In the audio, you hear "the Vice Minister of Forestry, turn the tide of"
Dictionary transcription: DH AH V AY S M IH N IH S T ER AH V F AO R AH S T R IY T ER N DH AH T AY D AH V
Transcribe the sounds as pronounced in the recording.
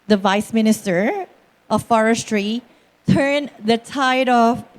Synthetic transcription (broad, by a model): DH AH V AY S M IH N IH S T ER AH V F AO R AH S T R IY T ER N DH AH T AY D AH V